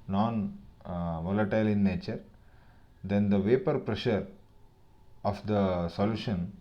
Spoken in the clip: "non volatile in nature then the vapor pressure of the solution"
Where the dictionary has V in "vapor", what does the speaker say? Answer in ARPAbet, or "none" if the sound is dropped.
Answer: V